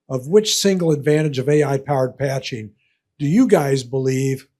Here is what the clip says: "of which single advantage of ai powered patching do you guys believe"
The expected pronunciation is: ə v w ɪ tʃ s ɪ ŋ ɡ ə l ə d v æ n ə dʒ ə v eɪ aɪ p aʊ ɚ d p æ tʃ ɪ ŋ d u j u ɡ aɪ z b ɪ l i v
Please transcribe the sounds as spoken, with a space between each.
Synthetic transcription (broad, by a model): ə v w ɪ tʃ s ɪ ŋ ɡ l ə d v æ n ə dʒ ə v eɪ aɪ p aʊ ɚ d p æ tʃ ɪ ŋ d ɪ j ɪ ɡ aɪ z b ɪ l i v